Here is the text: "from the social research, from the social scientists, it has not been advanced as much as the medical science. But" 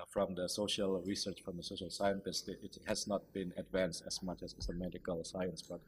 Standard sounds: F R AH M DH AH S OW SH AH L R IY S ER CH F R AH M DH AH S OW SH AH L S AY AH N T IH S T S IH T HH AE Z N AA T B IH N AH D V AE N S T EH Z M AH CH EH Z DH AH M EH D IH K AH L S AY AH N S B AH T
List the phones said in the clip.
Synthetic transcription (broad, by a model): F R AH M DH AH S OW SH AH L R IY S ER CH F R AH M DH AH S OW SH AH L S AY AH N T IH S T IH T HH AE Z N AA T B IH N AH D V AE N S T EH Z M AH CH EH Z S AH M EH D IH K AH L S AY AH N S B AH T